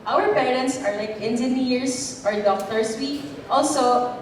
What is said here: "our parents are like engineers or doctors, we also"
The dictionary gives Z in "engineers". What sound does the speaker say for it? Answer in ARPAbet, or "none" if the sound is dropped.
S